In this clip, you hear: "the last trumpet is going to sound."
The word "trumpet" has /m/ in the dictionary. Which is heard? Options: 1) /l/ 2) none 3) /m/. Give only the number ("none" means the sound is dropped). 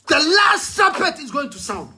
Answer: 2